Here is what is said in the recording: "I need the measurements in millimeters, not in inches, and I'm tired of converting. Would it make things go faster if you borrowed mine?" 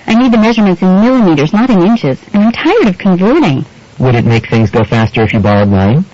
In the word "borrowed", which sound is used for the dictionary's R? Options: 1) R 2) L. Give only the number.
2